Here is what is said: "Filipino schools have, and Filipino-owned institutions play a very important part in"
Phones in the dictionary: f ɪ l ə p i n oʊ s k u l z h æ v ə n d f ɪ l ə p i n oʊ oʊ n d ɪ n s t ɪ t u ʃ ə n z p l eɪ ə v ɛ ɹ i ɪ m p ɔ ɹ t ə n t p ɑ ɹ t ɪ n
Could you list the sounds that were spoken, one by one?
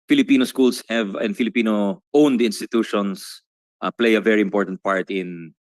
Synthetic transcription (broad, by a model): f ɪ l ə p i n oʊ s k u l s h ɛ v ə n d f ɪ l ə p i n oʊ oʊ n d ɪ n s t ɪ t u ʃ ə n s p l eɪ ə v ɛ ɹ i ɪ m p ɔ ɹ t ə n t p ɑ ɹ t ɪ n